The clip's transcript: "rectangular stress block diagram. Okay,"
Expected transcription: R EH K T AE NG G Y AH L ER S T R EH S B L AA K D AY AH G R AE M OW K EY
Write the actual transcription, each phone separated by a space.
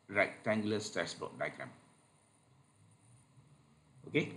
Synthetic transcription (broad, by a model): R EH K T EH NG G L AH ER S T EH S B AA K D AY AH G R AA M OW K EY